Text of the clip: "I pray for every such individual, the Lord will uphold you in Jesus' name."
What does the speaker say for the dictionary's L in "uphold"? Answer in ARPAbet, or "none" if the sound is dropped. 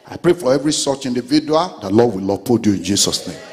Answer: none